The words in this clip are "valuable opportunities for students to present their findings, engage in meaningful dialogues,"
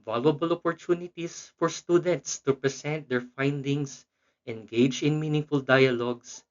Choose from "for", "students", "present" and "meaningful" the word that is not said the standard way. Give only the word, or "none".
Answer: present